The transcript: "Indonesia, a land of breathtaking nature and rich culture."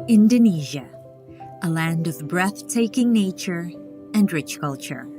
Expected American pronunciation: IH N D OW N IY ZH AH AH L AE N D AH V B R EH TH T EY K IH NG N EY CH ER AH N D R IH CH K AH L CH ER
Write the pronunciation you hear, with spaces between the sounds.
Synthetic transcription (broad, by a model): IH N D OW N IY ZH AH AH L AE N D AH V B R EH TH T EY K IH NG N EY CH ER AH N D R IH CH K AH L CH ER